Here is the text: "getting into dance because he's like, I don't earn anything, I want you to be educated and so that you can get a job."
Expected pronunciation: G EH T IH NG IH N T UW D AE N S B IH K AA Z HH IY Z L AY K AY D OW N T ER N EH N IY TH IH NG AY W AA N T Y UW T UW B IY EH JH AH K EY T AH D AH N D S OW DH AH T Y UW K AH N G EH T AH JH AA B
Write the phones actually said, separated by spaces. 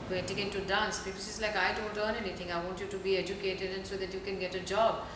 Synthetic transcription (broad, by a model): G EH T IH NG IH N T UW D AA N S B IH K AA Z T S L AY K AY D OW N T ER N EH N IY T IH NG AY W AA N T Y UW T UW B IY EH JH AH K EY T AH D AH N S OW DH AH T Y UW K AH N G EH T AH JH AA B